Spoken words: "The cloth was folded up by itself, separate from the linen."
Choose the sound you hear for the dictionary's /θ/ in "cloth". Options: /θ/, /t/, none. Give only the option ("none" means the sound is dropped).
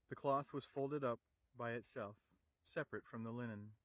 /θ/